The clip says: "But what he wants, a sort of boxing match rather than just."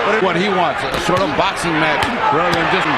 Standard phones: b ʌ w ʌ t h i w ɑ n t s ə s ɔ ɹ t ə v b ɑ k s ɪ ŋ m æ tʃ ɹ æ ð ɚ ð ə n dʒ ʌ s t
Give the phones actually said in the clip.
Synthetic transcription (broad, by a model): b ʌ w ʌ t h i w ɑ n t s ə s ɔ ɹ t ə v b ɑ k s ɪ ŋ m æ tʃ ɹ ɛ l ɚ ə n dʒ ʌ s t